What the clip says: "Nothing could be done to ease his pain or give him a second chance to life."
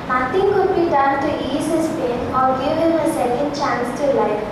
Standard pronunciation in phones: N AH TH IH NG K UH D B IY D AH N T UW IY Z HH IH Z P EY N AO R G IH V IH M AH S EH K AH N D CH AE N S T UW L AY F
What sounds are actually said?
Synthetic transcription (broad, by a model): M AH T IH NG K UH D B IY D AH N T UW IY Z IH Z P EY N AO L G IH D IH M AH S EH K AH N D CH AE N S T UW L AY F